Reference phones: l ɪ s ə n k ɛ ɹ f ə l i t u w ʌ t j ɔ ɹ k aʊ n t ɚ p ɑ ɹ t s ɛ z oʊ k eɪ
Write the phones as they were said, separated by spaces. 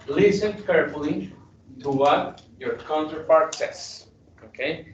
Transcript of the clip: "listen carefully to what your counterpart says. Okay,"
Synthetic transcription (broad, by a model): l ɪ s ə n k ɛ ɹ f ə l i t u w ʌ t j ɔ ɹ k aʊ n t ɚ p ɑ ɹ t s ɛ s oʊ k eɪ